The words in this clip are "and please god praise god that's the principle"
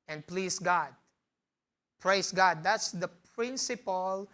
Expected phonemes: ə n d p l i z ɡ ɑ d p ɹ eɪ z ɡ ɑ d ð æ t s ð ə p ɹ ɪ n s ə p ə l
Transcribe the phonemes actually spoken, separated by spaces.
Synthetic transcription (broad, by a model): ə n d p l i s ɡ ɑ d p ɹ eɪ s ɡ ɑ d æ t s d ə p ɹ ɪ n s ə p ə l